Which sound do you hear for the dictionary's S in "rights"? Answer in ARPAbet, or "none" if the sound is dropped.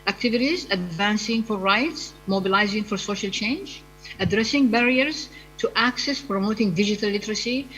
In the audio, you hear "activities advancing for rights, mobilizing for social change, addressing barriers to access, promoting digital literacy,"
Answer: S